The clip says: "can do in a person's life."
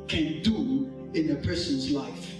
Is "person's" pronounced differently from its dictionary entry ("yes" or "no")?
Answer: no